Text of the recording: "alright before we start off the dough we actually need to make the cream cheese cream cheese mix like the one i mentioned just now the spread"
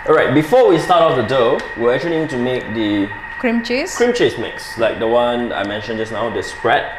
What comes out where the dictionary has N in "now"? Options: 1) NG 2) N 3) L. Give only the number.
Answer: 2